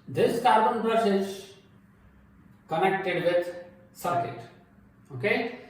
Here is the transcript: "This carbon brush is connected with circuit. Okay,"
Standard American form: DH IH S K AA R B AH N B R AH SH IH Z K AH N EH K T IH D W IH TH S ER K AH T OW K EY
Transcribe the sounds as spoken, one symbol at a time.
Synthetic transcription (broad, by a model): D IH S K AA R B AH N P R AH S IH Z K AH N EH K T IH D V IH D S ER K AH T OW K EY